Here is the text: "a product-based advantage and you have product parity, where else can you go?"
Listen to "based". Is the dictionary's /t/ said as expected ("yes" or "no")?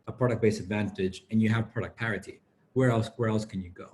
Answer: no